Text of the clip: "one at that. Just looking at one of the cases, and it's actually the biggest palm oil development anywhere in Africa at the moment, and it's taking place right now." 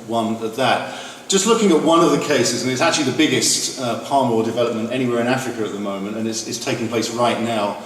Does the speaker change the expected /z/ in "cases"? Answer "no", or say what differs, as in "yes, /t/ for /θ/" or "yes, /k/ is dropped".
no